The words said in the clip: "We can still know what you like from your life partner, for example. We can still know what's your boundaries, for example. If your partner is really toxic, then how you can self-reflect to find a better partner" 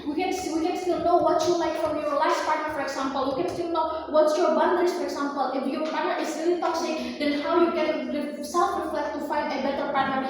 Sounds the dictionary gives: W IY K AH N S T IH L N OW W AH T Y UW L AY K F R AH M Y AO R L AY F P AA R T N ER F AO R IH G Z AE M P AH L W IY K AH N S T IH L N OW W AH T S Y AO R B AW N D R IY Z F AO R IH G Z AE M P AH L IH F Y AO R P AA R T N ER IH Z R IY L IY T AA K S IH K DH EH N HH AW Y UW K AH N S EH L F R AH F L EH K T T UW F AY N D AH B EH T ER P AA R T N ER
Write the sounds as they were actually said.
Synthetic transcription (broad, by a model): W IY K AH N S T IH L N OW W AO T Y UW L AY K F R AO M Y AO R L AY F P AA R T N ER F AO R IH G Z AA M P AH L W IY K AH N S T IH L N OW W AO T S Y AO R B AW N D IY S F AO R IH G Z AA M P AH L IH F Y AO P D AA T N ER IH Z R IY L IY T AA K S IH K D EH N HH AW Y UW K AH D S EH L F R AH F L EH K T T UW F AY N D AH B EH T ER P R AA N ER